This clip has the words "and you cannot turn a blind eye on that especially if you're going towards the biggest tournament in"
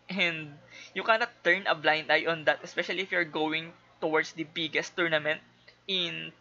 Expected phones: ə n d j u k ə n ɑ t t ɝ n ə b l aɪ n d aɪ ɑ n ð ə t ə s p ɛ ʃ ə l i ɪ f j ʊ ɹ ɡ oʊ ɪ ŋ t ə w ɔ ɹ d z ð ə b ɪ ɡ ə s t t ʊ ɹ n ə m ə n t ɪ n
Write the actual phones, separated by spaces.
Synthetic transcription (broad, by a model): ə n d j u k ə n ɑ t t ɝ n ə b l aɪ n d aɪ ɑ n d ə t ə s p ɛ ʃ ə l i ɪ f j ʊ ɹ ɡ oʊ ɪ ŋ t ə w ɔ ɹ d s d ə b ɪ ɡ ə s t t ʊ ɹ n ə m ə n t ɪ n